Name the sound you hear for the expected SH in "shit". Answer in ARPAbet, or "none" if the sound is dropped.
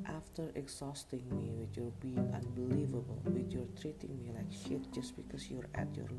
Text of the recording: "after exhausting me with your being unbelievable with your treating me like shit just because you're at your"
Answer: SH